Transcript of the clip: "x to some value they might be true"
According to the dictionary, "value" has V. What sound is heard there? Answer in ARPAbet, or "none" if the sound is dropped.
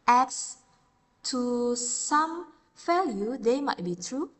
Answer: F